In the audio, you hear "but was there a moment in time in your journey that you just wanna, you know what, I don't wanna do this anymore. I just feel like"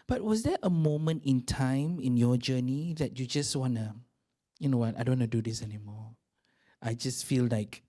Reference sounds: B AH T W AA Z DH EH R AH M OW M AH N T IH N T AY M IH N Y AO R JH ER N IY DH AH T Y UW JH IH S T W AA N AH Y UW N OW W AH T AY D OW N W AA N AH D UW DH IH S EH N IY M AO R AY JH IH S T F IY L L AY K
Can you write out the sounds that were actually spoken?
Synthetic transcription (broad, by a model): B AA T W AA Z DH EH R AH M OW M AH N T IH N T AY M IH N Y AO JH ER N IY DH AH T Y UW JH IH S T W AA N AH Y UW N OW W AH T AY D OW W AA N AH D UW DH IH S EH N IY M AO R AY JH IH S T F IY L L AY K